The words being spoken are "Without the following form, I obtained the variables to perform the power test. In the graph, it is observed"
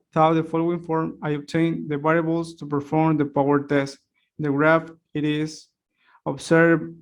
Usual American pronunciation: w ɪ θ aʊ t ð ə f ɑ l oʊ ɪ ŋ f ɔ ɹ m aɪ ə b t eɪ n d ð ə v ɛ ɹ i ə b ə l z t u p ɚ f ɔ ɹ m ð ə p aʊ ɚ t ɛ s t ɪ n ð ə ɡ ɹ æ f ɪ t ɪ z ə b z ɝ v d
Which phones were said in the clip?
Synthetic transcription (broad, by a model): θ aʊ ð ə f ɑ l oʊ ɪ ŋ f ɔ ɹ m aɪ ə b t eɪ n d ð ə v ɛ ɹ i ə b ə l s t u p ɚ f ɔ ɹ m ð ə p aʊ ɚ t ɛ s t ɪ n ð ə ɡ ɹ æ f ɪ t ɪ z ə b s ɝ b